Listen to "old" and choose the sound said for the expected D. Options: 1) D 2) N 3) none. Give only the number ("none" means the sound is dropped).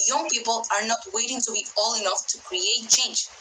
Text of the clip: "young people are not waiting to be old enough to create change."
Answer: 3